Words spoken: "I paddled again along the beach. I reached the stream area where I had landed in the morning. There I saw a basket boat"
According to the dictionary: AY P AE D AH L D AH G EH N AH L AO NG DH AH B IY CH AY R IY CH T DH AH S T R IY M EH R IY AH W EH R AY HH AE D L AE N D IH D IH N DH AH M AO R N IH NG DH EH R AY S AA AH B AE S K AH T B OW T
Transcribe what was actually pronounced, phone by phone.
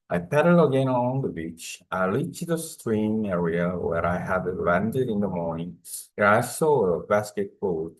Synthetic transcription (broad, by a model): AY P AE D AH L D AH G EH N AH L AO NG DH AH B IY CH AY L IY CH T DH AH S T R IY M EH R IY AH W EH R AY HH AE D L AE N D IH D IH N DH AH M AO R N IH NG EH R AY S AA AH B AE S K AH T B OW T